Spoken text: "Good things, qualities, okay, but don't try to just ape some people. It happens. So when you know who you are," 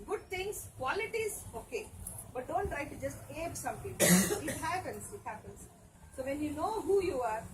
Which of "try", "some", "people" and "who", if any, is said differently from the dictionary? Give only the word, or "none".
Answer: people